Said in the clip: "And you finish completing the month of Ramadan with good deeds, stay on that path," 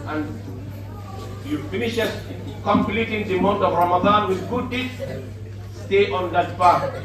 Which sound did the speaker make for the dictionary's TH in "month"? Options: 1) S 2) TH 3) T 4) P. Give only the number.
3